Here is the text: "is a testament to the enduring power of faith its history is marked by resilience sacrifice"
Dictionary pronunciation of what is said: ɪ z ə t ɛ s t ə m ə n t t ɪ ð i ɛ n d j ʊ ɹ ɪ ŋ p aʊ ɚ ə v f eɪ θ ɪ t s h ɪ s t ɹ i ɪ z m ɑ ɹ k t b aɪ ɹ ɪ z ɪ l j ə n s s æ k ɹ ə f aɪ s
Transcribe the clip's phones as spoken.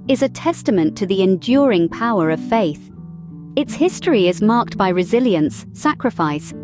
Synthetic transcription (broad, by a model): ɪ z ə t ɛ s t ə m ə n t t ɪ ð i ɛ n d j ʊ ɹ ɪ ŋ p aʊ ɚ ə v f eɪ θ ɪ t s h ɪ s t ɹ i ɪ z m ɑ ɹ k t b aɪ ɹ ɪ z ɪ l j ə n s s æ k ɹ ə f aɪ s